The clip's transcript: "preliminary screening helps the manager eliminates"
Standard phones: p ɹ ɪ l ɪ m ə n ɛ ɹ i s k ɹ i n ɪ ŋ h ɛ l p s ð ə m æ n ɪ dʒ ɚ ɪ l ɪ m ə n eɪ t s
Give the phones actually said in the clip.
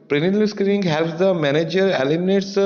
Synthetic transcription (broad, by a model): p ɹ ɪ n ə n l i s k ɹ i ɪ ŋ h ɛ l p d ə m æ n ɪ dʒ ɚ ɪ l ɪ m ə n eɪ t s